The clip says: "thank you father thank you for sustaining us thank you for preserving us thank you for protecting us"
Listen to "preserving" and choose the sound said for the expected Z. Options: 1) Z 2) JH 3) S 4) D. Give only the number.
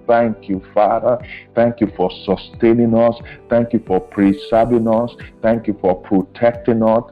3